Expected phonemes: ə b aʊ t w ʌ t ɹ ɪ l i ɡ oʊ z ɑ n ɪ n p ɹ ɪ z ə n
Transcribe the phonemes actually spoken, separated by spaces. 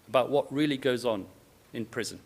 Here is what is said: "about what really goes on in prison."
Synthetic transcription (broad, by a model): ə b aʊ t w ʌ t ɹ ɪ l i ɡ oʊ z n ɪ n p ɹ ɪ z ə n